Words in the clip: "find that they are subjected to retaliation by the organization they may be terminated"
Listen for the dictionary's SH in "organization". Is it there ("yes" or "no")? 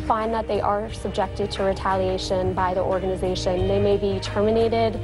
yes